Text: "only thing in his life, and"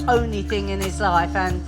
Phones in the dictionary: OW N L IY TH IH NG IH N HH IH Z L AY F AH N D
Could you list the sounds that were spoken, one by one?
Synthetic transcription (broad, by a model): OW N L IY TH IH NG IH N IH Z L AY F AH N